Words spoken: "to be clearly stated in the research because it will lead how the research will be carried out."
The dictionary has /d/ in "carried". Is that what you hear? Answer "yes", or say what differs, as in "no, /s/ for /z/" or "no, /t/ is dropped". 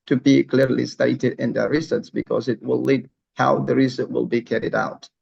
yes